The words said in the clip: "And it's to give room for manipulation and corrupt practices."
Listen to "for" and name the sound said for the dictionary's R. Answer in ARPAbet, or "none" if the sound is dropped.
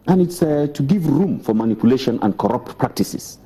R